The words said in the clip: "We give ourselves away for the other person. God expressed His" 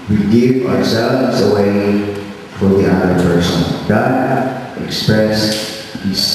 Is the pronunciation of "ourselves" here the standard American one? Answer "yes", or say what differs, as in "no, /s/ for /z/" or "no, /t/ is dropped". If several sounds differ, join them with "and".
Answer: yes